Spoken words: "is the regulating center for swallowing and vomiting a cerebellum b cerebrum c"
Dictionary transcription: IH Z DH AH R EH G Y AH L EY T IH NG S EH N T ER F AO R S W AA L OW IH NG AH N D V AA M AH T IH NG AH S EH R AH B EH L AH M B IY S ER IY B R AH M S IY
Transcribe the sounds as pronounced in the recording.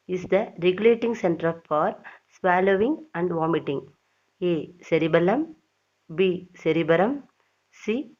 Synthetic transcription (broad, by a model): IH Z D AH R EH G Y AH L EY T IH NG S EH N T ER F AO R S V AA L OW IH NG AH N D V AA M AH T IH NG AH S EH R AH B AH L AH M B IY S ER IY B R AH M S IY